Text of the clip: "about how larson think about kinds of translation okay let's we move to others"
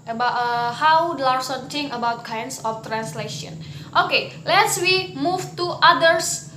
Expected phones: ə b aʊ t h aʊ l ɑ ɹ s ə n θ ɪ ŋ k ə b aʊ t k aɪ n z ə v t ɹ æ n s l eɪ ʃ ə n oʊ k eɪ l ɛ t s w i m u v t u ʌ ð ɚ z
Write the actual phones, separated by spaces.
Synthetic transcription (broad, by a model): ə b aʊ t h aʊ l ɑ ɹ s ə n t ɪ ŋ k ə b aʊ t k aɪ n s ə f t ɹ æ n s l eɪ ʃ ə n oʊ k eɪ l ɛ t s w i m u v t u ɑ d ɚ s